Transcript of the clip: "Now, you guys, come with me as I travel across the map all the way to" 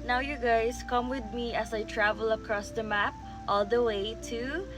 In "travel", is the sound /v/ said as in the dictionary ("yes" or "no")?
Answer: yes